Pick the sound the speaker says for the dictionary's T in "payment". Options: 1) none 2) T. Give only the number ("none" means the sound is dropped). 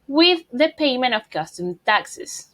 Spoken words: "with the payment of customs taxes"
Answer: 1